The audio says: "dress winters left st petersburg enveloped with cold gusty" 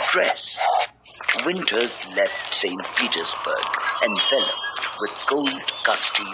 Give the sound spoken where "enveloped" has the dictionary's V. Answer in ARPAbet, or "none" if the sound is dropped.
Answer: F